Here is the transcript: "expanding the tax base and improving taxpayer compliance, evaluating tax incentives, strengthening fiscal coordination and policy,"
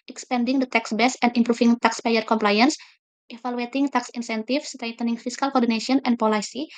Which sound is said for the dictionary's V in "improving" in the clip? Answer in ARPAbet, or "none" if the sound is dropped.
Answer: F